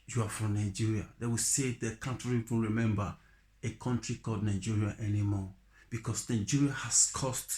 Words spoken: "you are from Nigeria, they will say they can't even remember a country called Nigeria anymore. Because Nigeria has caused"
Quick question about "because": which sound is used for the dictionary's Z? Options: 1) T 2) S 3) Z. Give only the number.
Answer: 2